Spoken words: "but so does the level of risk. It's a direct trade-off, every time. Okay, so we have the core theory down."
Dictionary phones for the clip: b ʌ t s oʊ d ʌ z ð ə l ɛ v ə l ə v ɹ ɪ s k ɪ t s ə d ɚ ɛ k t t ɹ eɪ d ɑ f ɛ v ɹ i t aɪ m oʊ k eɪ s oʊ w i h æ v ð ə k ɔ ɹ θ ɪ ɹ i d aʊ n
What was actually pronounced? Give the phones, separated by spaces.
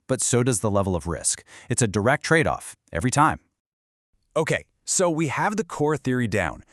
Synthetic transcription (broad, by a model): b ʌ t s oʊ d ʌ z ð ə l ɛ v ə l ə v ɹ ɪ s k ɪ t s ə d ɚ ɛ k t t ɹ eɪ d ɑ f ɛ v ɹ i t aɪ m oʊ k eɪ s oʊ w i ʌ v ð ə k ɔ ɹ θ ɪ ɹ i d aʊ n